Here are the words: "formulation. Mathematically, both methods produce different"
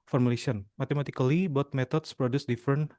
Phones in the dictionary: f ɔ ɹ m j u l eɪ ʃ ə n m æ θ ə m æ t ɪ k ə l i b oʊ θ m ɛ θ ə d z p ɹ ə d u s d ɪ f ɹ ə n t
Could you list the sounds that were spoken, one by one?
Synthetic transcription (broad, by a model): f ɔ ɹ m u l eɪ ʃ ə n m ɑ t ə m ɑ t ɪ k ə l i b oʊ t m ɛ t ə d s p ɹ ə d u s d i f ɹ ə n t